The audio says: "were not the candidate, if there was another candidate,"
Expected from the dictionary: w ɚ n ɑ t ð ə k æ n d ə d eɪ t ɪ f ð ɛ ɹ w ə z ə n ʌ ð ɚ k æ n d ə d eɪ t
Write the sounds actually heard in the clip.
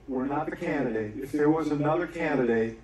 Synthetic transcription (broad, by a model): w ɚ n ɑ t ð ə k æ n d ə d eɪ t ɪ f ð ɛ ɹ w ə z ə n ʌ ð ɚ k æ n d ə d eɪ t